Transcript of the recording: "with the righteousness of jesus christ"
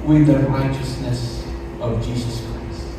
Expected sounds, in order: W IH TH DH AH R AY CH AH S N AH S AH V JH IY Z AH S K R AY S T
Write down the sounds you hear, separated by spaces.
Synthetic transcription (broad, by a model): W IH DH AH R AY CH AH S N AH S AH V JH IY Z AH S K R AY S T